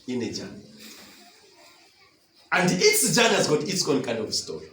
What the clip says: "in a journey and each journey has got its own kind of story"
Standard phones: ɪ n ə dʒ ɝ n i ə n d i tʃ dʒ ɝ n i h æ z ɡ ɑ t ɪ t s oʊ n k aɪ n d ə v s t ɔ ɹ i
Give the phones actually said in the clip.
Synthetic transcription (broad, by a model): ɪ n ə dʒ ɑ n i ə n d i s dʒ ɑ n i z ɡ ɑ t ɪ t s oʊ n k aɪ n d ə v s t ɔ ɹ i